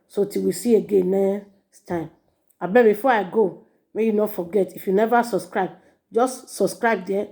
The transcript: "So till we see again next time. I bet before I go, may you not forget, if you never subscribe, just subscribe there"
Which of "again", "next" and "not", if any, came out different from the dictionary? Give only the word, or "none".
next